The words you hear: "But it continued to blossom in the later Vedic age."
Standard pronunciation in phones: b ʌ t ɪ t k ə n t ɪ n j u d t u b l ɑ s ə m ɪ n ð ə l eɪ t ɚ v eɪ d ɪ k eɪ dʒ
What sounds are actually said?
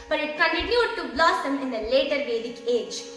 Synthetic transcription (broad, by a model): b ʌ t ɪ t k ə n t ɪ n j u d t u b l ɑ s ə m ɪ n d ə l eɪ t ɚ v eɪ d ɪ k eɪ dʒ